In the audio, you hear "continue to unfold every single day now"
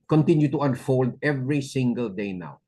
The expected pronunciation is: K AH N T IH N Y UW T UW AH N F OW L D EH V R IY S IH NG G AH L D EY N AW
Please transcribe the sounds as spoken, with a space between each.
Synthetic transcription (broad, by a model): K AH N T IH N Y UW T UW AH N F OW L D EH V R IY S IH NG G AH L D EY N AW